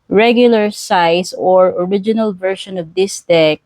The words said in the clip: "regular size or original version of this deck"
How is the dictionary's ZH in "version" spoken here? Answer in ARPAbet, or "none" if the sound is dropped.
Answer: SH